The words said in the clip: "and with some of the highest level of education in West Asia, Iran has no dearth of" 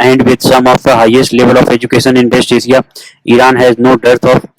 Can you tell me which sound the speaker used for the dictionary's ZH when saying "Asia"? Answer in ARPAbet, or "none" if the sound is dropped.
S